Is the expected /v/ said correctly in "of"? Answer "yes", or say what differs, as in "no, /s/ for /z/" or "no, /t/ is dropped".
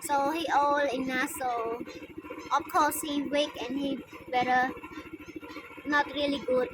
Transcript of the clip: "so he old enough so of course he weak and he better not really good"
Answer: no, /f/ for /v/